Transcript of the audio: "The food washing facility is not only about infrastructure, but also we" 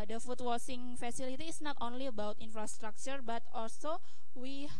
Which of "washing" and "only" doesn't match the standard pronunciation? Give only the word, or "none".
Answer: washing